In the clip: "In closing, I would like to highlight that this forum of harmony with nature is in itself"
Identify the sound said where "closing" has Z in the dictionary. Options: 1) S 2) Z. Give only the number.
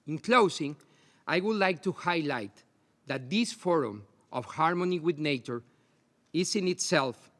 1